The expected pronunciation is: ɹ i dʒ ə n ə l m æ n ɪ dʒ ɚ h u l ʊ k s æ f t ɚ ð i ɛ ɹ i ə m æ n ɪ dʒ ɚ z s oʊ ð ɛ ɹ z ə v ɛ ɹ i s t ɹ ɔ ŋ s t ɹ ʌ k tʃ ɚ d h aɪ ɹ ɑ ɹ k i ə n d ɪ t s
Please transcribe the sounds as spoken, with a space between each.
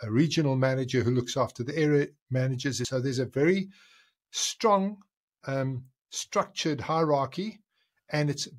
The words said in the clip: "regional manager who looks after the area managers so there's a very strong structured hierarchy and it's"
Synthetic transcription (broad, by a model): ɹ i dʒ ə n l m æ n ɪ dʒ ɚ h u l ʊ k s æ f t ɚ ð i ɛ ɹ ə m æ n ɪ dʒ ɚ z s oʊ ð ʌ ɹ z ə v ɛ ɹ i s t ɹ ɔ ŋ s t ɹ ʌ k tʃ ɚ d h aɪ ɹ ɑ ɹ k i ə n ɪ t s